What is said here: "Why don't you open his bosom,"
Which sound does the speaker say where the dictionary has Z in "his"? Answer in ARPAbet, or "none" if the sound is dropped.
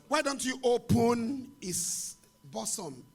S